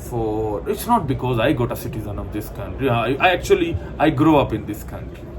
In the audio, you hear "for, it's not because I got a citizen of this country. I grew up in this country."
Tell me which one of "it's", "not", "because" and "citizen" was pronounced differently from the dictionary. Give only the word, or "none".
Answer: none